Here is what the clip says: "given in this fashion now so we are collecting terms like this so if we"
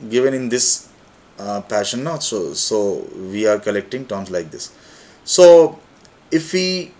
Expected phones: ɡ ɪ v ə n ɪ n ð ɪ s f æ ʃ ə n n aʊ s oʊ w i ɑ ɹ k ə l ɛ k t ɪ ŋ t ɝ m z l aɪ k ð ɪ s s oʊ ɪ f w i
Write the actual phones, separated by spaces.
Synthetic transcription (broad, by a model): ɡ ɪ v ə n ɪ n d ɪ s p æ ʃ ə n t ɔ s oʊ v i ɑ ɹ k ə l ɛ k t ɪ ŋ t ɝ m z l aɪ k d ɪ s s oʊ ɪ f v i